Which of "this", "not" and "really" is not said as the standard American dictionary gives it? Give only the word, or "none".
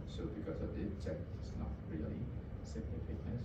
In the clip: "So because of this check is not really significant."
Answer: this